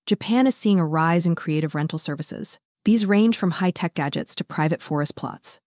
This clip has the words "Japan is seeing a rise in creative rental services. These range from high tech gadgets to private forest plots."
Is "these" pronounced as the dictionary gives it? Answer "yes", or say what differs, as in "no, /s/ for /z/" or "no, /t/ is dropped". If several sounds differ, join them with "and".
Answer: yes